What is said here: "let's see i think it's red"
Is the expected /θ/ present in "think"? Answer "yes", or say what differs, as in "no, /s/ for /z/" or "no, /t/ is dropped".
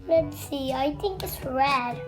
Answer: yes